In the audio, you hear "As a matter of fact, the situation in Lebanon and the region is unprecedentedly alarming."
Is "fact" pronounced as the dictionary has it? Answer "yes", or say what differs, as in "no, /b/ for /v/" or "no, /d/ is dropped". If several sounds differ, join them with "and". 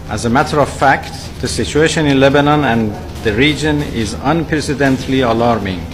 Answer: yes